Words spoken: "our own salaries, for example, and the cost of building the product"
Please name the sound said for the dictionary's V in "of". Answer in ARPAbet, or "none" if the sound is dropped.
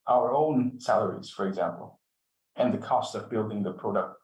V